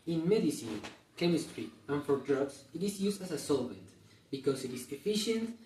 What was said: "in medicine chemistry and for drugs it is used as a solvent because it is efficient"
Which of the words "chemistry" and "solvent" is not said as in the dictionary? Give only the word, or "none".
none